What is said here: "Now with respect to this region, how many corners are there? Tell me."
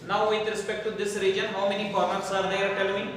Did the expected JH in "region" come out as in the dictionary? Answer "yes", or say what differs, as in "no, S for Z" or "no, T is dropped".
yes